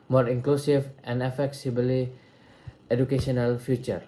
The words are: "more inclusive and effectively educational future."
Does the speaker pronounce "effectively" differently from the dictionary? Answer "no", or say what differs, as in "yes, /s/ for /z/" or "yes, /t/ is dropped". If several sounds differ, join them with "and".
yes, /s/ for /t/ and /b/ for /v/